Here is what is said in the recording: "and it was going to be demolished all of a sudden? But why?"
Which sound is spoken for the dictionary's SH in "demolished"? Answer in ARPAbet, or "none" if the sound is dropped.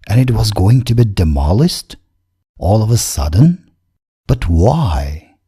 S